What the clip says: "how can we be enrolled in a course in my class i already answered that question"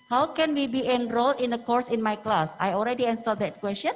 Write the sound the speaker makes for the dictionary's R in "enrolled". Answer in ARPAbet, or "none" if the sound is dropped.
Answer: R